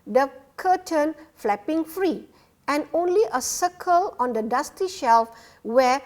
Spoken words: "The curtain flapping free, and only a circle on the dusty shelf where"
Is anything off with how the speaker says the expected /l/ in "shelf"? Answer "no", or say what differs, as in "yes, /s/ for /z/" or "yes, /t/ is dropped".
no